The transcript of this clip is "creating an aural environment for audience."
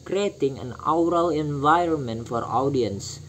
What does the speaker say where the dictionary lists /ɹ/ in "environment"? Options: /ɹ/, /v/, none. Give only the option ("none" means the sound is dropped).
/ɹ/